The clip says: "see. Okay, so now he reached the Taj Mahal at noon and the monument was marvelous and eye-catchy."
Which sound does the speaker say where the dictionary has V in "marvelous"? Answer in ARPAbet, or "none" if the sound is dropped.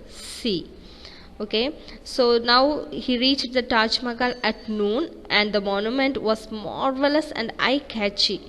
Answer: V